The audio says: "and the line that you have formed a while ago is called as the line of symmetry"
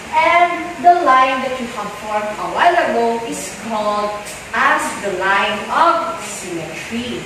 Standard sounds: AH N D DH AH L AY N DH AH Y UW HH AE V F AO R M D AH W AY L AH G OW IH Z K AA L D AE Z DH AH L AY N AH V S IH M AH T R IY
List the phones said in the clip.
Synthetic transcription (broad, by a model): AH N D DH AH L AY N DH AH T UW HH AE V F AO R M AH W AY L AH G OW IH S K AA L D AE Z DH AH L AY N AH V S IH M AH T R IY